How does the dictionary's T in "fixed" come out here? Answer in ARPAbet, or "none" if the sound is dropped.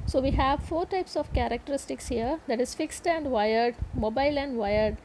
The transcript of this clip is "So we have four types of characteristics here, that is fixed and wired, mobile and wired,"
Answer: T